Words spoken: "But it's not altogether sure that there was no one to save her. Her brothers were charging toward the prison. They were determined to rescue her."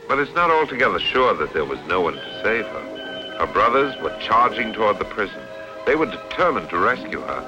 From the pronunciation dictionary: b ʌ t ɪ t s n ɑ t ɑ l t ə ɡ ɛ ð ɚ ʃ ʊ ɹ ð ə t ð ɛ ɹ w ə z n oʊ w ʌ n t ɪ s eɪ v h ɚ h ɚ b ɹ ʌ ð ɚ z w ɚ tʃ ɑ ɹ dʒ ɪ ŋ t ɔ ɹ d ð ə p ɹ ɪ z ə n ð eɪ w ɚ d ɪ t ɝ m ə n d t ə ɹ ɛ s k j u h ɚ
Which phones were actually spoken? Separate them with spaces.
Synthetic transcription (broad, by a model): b ʌ t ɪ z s n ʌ t ɑ l t ə ɡ ɛ ð ɚ ʃ ʊ ɹ ð ə t ð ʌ ɹ w ə z n oʊ w ʌ n t ɪ s eɪ v ɚ h ɚ b ɹ ʌ ð ɚ z w ɚ tʃ ɑ ɹ dʒ ɪ ŋ t ɔ ɹ d ð ə p ɹ ɪ z ə n ð eɪ w ɚ d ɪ t ɝ m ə n t ə ɹ ɛ s k j u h ɚ